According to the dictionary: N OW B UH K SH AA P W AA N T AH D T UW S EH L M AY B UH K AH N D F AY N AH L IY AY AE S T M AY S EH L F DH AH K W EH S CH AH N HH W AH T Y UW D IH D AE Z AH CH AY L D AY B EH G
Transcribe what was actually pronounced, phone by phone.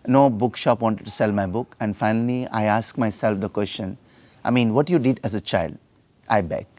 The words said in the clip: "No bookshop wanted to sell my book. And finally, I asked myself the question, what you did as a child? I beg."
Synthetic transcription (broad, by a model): N OW B UH K SH AA P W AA N T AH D T UW S EH L M AY B UH K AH N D F AY N AH L IY AY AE S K M AY S EH L F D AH K W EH S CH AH N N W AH T Y UW D IH D AE Z AH CH AY L D AY B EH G